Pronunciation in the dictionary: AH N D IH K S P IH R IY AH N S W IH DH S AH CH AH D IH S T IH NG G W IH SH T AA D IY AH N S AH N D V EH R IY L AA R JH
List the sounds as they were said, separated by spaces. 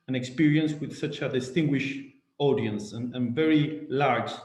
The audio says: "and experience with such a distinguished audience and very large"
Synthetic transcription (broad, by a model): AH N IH K S P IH R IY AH N S W IH DH S AH CH AH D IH S T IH NG G W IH SH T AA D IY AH N S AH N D V EH R IY L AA R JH